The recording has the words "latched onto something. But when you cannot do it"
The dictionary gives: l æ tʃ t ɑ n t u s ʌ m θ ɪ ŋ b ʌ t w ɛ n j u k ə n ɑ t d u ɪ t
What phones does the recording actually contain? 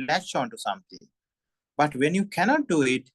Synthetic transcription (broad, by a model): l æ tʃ ɑ n t u s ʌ m t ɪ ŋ b ʌ t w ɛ n j u k ə n ɑ t d u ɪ t